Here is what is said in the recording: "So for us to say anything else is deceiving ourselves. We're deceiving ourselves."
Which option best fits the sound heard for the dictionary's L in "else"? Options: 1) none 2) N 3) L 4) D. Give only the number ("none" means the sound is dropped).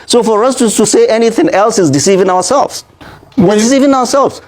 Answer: 3